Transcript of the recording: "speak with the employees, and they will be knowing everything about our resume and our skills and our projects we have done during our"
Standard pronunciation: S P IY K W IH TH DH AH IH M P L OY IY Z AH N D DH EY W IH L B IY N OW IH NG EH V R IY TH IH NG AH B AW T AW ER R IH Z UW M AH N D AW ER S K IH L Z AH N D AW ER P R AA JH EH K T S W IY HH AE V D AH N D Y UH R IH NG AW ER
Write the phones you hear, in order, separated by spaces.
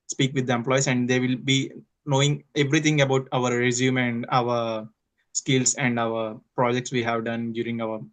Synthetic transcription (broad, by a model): S P IY K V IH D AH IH M P L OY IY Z AH N D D EY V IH L B IY N OW IH NG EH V R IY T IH NG AH B AW T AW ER R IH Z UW M AH N D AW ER S K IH L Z AH N D AW ER P R AA JH EH K T S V IY HH AE V D AH N D Y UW R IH NG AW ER